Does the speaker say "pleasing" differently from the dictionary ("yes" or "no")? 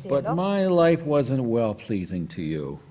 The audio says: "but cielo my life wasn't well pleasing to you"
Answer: no